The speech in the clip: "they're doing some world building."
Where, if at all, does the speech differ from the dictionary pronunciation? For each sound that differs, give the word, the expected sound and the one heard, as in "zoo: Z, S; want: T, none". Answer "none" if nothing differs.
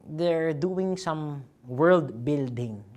none